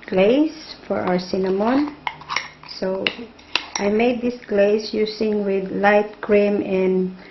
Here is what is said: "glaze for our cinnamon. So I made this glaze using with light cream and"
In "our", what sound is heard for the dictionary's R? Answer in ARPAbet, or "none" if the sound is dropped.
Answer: W